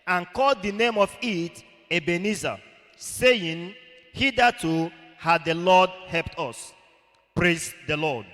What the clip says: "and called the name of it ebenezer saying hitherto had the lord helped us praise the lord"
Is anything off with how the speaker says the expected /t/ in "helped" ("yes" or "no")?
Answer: no